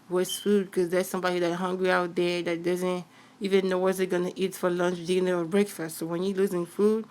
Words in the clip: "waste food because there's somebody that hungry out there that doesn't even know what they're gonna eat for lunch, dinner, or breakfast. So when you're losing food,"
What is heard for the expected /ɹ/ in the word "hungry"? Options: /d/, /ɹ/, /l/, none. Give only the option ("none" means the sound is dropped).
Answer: /ɹ/